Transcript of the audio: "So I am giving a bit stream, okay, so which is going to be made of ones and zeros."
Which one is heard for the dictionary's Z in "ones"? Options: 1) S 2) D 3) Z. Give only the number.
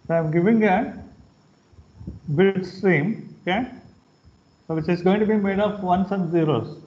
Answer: 1